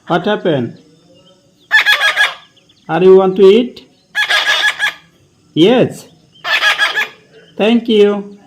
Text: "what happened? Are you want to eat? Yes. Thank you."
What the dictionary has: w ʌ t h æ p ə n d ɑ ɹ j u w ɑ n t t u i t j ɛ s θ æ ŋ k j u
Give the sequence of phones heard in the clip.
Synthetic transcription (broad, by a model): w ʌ t h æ p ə n ɑ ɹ j u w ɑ n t t u i t j ɛ s t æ ŋ k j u